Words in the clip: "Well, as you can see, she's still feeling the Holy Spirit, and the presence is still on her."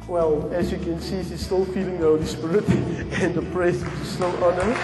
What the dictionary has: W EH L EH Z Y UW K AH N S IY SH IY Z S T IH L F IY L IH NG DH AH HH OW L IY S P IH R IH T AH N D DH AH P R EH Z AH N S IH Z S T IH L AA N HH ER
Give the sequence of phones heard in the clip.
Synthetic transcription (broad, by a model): W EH L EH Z Y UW K AH N S IY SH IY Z S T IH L F IY L IH NG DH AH HH OW L IY S P IH R IH T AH N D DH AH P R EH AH S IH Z S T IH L AA N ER